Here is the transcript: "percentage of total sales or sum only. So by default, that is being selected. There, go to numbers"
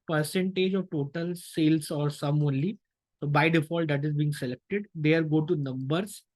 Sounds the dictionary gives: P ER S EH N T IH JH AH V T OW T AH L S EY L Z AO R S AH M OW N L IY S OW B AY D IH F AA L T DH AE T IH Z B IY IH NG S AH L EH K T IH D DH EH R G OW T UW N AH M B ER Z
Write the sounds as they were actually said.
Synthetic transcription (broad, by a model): P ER S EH N T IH JH AH V T OW T AH L S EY L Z AO R S AH M OW N L IY S OW B AY D IH F AA L T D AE T IH Z B IY IH NG S AH L EH K T IH D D EH R G OW T UW N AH M B ER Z